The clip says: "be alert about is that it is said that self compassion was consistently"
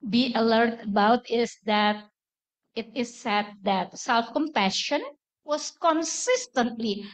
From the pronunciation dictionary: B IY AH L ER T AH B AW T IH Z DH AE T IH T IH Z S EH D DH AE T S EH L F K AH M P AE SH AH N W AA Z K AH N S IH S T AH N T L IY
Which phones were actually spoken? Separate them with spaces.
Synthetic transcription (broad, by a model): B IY AH L ER T AH B AW T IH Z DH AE T IH T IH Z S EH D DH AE T S EH L F K AH M P AE SH AH N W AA S K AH N S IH S T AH N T L IY